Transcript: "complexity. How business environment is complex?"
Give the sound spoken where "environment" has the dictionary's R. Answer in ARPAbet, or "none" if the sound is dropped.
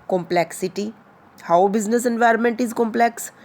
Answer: R